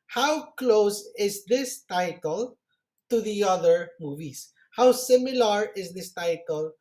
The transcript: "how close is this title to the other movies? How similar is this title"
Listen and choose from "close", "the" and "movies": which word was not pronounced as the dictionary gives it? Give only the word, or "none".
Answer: movies